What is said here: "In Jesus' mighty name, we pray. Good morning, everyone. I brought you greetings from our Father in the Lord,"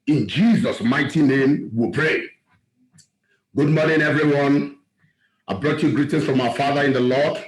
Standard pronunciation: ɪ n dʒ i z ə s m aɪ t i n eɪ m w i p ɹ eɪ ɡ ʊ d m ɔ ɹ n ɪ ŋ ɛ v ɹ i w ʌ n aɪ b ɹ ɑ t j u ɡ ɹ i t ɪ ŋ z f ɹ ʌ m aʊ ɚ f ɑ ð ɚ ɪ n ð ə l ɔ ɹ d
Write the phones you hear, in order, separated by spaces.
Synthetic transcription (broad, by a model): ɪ n dʒ i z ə s m aɪ t i n eɪ m w i p ɹ eɪ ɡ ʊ d m ɔ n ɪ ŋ ɛ v ɹ i w ʌ n aɪ b ɹ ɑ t j u ɡ ɹ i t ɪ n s f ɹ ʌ m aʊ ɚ f ɑ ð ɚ ɪ n ð ə l ɔ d